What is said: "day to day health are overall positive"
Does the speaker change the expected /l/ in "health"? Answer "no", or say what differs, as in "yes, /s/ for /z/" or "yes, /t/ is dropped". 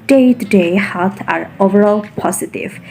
yes, /l/ is dropped